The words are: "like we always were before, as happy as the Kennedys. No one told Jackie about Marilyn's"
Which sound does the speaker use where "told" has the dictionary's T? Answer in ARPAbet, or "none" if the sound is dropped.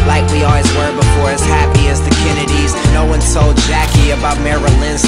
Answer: S